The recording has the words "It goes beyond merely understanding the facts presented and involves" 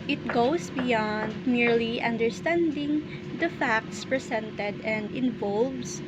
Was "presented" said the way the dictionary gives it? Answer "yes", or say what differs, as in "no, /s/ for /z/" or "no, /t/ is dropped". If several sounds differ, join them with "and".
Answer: no, /s/ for /z/